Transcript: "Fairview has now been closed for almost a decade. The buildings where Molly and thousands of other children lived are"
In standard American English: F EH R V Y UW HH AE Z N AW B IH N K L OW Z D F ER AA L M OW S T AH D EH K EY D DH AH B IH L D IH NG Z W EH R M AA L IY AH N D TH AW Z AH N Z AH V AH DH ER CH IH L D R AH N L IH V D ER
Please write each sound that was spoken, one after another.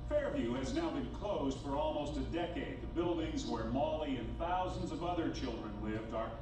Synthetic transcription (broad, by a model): F EH R V Y UW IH Z N AW B IH N K L OW Z D F ER AA L M OW S T AH D EH K EY D DH AH B IH L D IH NG Z W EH R M AA L IY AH N TH AW Z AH N Z AH V AH DH ER CH IH L D R AH N L IH V D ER